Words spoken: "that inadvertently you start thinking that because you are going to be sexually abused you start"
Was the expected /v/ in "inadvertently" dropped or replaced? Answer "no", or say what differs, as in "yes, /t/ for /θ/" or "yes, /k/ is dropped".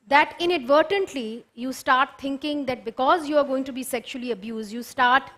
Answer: no